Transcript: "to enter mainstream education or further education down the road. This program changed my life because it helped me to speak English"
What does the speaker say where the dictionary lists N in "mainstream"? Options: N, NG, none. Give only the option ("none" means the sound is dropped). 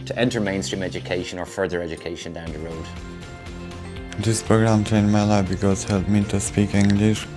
N